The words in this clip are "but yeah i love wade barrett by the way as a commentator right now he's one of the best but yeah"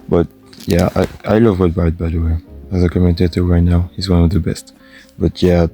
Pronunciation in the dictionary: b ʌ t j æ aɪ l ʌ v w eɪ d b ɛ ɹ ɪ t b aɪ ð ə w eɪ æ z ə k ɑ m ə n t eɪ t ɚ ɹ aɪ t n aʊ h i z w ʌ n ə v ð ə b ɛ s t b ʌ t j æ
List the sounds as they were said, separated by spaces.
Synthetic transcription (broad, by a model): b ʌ t j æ aɪ l ʌ v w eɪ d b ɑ ɪ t b aɪ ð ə w eɪ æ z ə k ɑ m ə n t eɪ t ɚ ɹ aɪ t n aʊ h i z w ʌ n ə v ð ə b ɛ s t b ʌ t j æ